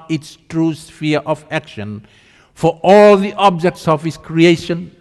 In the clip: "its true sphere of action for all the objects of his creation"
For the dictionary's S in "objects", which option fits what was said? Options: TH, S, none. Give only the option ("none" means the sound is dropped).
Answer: S